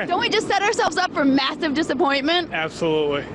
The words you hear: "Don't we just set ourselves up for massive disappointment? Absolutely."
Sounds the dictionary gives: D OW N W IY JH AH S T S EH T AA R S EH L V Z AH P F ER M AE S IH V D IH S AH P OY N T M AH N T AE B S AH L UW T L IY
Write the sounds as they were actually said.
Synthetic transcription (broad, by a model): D OW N W IY JH AH S T S EH T AA R S EH L V Z AH P F ER M AE S IH V D IH S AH P OY N M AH N T AE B S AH L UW T L IY